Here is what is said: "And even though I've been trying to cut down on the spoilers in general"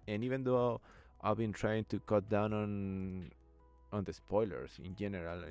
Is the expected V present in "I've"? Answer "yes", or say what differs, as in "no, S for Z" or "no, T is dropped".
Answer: no, B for V